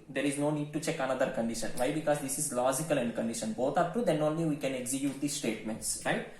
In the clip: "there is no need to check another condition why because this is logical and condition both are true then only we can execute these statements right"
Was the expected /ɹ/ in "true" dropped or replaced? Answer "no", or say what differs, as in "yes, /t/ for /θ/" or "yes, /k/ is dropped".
yes, /ɹ/ is dropped